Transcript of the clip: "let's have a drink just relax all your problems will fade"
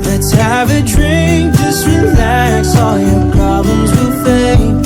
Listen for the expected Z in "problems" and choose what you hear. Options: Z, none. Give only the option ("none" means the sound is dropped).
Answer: Z